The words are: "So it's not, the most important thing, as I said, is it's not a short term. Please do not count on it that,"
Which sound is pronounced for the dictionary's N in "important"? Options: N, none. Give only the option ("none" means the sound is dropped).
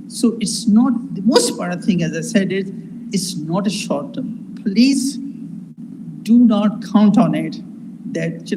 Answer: none